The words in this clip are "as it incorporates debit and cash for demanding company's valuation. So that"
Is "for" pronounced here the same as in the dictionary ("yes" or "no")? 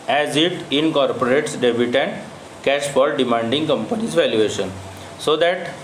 no